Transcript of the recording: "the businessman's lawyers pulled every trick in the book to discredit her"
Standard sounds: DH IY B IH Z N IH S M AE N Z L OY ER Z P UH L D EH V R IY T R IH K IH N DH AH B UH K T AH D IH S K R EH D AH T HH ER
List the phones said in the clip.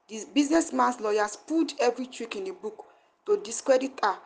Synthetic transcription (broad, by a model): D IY B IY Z N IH S M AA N S L OY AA S P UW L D EH V R IY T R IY K IH N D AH B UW K T AH D IH S K R EH D AH T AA